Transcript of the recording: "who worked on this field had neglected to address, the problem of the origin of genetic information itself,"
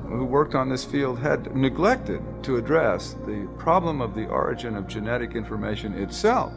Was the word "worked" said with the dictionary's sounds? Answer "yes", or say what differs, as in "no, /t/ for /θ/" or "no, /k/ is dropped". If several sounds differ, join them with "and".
yes